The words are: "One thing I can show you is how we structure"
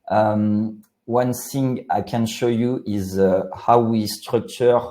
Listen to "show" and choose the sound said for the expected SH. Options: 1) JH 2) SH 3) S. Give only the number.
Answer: 2